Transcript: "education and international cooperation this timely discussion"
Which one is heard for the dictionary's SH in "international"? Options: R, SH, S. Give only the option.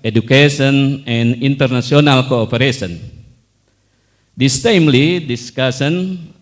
S